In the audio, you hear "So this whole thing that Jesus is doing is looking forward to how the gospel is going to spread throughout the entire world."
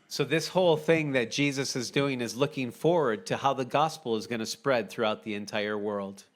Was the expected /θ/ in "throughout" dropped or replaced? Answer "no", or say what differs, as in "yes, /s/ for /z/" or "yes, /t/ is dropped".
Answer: no